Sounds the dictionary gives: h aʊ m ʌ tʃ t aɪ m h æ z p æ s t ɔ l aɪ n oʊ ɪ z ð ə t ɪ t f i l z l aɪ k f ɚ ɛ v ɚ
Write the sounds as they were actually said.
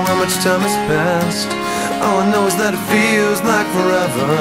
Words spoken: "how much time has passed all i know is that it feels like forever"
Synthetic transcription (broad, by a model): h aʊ m ʌ tʃ t aɪ m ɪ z p æ s t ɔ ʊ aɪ n oʊ ɪ z ð ə t ɪ t f i l z l aɪ k f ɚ ɛ v ɚ